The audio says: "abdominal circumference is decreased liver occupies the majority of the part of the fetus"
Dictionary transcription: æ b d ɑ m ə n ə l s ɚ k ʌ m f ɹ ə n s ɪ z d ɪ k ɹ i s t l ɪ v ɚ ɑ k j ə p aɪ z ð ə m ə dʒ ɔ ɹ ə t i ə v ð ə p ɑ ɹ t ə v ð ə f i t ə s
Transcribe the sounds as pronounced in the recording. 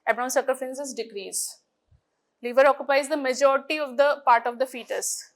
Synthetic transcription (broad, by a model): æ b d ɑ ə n s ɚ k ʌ f ə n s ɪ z d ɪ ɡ ɹ i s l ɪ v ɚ ɑ k j ə p aɪ z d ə m ə dʒ ɔ ɹ ə t i ə v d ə p ɑ ɹ t ə v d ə f i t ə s